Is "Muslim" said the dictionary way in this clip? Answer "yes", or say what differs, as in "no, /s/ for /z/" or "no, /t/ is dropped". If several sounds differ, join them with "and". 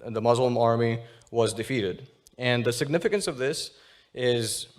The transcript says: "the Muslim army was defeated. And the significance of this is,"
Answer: yes